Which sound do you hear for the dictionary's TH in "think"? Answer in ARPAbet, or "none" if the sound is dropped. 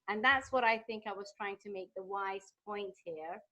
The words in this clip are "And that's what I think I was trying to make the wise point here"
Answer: TH